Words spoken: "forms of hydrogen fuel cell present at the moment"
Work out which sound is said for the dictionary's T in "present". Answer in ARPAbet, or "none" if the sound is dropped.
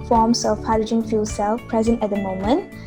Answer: T